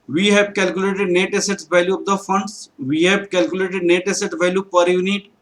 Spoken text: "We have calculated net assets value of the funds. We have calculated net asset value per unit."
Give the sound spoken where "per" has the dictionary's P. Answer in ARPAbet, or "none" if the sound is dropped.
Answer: P